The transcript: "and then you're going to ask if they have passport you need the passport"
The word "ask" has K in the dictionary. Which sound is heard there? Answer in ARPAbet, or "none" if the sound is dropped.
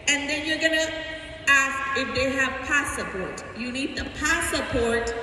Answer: K